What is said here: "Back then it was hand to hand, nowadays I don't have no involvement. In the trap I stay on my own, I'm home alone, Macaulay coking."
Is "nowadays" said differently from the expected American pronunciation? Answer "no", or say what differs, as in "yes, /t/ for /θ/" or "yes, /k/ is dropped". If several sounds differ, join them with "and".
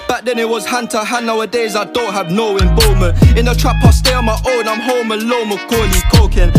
no